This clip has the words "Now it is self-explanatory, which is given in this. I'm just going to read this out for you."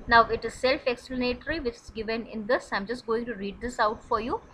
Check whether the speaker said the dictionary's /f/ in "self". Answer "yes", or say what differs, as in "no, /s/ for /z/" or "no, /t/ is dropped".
yes